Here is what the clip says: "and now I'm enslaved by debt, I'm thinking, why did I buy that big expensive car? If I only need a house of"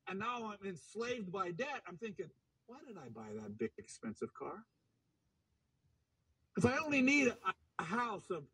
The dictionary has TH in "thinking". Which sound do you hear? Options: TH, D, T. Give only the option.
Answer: TH